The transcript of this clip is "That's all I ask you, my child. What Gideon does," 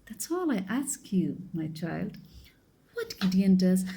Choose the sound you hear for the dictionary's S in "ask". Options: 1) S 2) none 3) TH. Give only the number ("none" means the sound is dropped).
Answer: 1